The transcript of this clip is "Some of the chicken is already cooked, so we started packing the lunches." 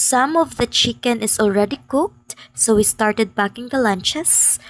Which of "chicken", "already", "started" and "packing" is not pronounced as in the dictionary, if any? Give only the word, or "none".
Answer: packing